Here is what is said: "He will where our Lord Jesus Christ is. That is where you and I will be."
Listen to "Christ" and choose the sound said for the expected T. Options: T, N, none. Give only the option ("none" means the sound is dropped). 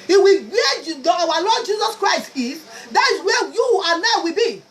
T